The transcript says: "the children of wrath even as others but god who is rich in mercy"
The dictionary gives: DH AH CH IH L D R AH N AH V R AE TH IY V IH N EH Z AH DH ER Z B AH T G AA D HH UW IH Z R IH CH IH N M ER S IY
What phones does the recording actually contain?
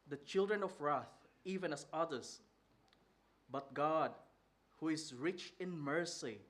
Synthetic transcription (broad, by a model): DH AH CH IH L D R AH N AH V R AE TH IY V IH N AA S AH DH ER S B AH T G AA D HH UW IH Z R IH CH IH N M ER S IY